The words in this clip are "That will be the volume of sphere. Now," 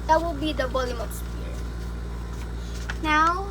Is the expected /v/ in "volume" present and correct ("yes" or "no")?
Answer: no